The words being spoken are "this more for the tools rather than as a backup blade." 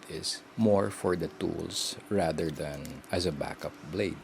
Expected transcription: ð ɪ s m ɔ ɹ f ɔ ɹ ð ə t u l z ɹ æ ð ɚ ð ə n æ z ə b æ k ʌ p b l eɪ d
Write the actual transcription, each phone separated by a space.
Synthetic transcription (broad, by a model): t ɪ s m ɔ ɹ f ɔ ɹ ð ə t u l s ɹ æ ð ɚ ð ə n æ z ə b æ k ʌ p b l eɪ d